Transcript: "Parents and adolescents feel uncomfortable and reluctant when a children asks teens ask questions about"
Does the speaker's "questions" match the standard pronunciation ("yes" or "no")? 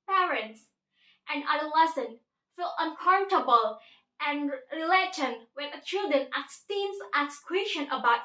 no